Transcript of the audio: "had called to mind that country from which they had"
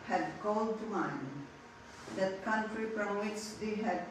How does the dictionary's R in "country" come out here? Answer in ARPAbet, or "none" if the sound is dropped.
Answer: R